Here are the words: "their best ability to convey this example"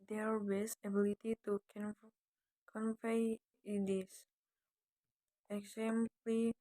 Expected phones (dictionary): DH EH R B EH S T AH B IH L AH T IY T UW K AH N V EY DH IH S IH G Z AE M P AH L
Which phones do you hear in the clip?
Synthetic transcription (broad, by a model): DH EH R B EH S AH B IH L AH T IY T UW K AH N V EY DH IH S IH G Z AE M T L